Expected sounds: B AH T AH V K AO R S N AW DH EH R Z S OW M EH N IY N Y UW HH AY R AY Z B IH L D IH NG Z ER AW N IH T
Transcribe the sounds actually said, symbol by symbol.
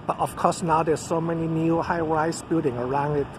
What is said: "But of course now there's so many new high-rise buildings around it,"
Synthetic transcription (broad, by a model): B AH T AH F K AO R S N AW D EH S S OW M EH N IY N Y UW HH AY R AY S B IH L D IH NG ER AW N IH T